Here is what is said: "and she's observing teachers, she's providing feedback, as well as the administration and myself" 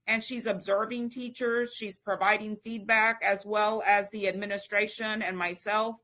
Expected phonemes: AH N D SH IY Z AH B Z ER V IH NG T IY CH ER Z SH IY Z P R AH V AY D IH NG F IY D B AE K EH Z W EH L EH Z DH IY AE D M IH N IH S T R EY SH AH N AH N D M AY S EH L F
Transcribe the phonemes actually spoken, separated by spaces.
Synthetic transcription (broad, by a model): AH N SH IY Z AH B Z ER V IH NG T IY CH ER Z SH IY Z P R AH V AY D IH NG F IY D B AE K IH Z W EH L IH Z DH IY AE D M IH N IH S T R EY SH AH N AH N M AY S EH L F